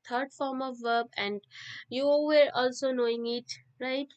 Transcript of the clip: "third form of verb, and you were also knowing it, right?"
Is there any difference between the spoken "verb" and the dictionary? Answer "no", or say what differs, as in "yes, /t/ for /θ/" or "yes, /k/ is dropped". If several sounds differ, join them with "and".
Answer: no